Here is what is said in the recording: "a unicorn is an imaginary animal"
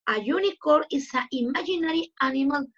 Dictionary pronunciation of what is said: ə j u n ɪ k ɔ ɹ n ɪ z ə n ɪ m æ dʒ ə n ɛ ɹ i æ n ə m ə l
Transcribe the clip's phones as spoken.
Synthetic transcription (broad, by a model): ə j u n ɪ k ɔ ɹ ɪ s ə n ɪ m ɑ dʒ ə n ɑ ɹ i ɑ n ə m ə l